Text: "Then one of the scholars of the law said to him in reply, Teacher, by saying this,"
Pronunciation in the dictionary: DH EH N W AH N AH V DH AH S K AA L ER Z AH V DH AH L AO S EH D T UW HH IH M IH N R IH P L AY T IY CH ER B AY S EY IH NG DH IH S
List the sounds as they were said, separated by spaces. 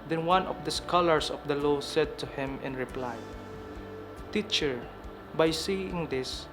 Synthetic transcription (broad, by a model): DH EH N W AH N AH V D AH S K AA L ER S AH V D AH L AO S EH D T UW HH IH M IH N R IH P L AY T IY CH ER B AY S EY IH NG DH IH S